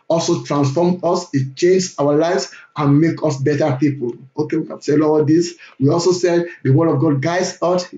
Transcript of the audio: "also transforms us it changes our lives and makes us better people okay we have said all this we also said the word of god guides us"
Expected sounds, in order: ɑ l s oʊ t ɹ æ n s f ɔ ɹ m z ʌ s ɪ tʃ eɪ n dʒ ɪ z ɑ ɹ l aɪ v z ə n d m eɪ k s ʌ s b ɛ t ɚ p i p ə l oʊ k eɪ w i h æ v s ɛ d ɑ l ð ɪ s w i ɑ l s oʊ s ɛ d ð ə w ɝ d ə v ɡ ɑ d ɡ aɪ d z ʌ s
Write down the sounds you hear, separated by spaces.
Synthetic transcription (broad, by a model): ɑ l s oʊ t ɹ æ n s f ɔ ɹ m ʌ s ɪ tʃ eɪ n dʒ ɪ ɑ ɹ l aɪ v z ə n m eɪ k ʌ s b ɛ t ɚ p i p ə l oʊ k eɪ w i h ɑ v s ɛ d ɑ l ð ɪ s w i ɑ l s oʊ s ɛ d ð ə w ɝ d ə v ɡ ɑ d ɡ aɪ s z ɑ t